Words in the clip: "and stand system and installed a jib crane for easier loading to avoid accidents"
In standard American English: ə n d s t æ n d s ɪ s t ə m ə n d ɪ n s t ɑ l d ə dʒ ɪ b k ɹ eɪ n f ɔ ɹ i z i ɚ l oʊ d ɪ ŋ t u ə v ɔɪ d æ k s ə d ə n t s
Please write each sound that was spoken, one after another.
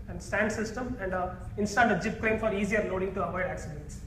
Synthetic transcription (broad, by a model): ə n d s t æ n d s ɪ s t ə m ə n d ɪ n s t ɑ d ə dʒ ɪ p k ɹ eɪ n f ɔ ɹ i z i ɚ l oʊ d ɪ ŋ t u ə v ɔɪ d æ k s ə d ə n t s